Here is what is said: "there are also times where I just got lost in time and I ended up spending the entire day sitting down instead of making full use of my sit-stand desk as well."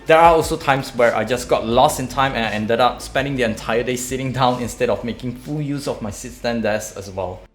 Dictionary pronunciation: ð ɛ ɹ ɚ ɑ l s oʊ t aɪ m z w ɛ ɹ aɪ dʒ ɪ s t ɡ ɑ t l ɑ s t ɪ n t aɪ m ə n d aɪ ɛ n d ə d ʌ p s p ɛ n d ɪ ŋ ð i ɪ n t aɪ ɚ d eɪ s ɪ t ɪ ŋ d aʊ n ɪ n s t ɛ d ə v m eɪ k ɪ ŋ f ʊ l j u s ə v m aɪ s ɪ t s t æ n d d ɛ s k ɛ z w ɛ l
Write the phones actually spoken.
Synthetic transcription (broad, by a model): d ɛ ɹ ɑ ɑ l s oʊ t aɪ m s w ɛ ɹ aɪ dʒ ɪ s ɡ ɑ t l ɑ s ɪ n t aɪ m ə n aɪ ɛ n d ə d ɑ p s p ɛ n d ɪ ŋ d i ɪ n t aɪ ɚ d eɪ s ɪ t ɪ ŋ d aʊ n ɪ n s t ɛ d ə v m eɪ k ɪ ŋ f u l j u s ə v m aɪ s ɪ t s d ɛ n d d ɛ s ɛ s w ɛ l